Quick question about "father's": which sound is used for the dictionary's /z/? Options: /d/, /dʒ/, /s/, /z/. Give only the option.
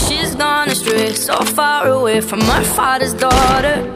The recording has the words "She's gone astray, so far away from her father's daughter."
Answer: /z/